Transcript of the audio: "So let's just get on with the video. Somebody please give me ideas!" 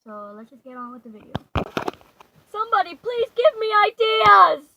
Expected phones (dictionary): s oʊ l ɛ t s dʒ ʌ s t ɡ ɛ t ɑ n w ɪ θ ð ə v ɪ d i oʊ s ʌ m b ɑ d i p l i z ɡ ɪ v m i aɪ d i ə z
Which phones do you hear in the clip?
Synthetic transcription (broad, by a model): s oʊ l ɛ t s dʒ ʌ s ɡ ɛ t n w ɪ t ð ə v ɪ d i oʊ s ʌ m b ɑ d i p l i z ɡ ɪ v m i aɪ d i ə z